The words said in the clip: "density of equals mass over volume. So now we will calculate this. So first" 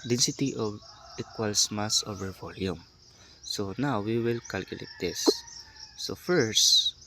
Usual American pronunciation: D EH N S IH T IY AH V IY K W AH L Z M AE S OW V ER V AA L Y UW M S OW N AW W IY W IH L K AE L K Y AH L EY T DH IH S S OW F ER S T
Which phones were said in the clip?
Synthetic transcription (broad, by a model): D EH N S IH T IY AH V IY K W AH L S M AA S OW V ER V AA L Y UW M S OW N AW W IY W IH L K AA L K Y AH L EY T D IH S S OW F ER S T